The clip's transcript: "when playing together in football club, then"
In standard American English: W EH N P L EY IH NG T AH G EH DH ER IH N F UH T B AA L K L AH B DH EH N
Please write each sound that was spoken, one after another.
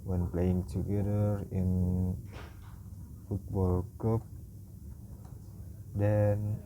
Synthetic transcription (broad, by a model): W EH N P L EY IH NG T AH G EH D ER IH N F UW T B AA L K AH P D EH N